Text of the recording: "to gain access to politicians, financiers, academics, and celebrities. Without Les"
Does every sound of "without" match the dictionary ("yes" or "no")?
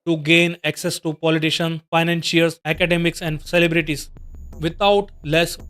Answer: no